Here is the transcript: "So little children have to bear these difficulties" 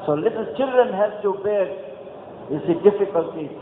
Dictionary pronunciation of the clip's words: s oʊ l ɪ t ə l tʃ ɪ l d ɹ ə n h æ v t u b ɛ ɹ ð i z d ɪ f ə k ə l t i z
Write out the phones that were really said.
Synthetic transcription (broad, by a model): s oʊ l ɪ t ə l tʃ ɪ l d ɹ ə n h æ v t u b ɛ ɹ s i d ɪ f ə k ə l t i